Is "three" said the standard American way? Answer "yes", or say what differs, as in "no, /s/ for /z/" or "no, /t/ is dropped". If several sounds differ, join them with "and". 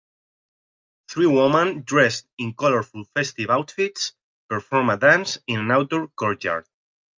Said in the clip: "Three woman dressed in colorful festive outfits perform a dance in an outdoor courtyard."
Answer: yes